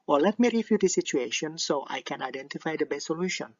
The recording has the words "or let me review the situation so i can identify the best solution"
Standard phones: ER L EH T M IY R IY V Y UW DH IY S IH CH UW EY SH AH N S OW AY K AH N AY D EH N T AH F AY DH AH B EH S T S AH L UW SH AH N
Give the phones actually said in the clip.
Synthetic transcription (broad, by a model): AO L EH T M IY R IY F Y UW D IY S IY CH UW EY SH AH N S OW AY K AH N AY D EH N T AH F AY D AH B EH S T S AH L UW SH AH N